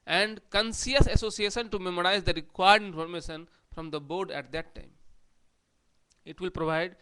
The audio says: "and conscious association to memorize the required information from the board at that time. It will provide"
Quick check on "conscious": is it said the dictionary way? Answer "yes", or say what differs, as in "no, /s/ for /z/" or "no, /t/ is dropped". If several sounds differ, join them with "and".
no, /s/ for /ʃ/